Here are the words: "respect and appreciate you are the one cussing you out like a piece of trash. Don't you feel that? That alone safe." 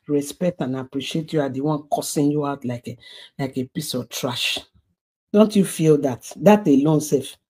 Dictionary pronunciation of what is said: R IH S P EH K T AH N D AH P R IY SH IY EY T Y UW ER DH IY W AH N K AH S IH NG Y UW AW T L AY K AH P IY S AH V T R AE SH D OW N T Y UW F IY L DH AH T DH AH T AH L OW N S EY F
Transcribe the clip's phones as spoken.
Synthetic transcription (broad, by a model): R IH S P EH K T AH N AH P R IY SH IY EY T Y UW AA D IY W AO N K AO S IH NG Y UW AW T L AY K AH P IY S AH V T R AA SH D OW N T Y UW F IY L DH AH T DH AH T AH L OW N S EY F